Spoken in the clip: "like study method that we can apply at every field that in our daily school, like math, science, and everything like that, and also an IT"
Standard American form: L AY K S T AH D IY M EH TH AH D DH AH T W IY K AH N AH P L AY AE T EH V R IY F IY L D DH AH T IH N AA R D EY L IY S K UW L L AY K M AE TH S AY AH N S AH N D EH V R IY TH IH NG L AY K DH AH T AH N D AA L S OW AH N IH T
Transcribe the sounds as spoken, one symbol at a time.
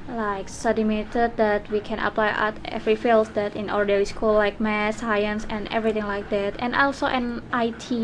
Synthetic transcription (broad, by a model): L AY K S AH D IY M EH T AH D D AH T W IY K AH N AH P L AY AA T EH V R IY F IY L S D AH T IH N AA R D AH W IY S K UW L L AY K M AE S AY AH N S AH N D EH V R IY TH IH NG L AY K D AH T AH N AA L S OW AH N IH T